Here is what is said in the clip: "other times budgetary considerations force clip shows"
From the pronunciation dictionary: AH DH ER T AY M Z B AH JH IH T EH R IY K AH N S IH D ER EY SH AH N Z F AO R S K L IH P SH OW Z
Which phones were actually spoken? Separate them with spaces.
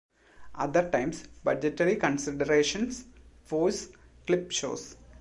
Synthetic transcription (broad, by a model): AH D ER T AY M S B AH JH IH T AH R IY K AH N S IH D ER EY SH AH N S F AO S K L IH P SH OW S